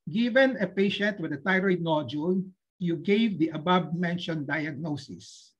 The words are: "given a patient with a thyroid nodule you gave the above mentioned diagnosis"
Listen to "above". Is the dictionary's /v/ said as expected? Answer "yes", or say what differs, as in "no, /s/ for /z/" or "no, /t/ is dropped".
no, /b/ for /v/